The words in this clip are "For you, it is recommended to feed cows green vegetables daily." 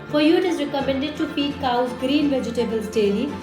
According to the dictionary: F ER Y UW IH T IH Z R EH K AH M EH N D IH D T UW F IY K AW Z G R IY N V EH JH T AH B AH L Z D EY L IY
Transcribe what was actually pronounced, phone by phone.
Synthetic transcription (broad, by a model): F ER Y UW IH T IH Z R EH K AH M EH N D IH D T UW P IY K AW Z G R IY N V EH JH T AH B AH L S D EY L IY